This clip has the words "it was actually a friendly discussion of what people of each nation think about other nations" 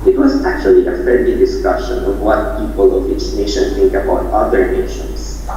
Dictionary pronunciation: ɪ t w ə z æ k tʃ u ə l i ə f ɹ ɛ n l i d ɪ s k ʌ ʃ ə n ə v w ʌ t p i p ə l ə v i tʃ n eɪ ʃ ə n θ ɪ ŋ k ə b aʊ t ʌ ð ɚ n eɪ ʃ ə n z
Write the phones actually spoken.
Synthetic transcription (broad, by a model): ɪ t w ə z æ k tʃ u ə l i ə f ɛ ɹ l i d ɪ s k ʌ ʃ ə n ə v w ʌ t p i p ə l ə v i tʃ n eɪ ʃ ə n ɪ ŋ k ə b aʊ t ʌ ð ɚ n eɪ ʃ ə n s